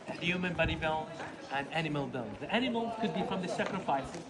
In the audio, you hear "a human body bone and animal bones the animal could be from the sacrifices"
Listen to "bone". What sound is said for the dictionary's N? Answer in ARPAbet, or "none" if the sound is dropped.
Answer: L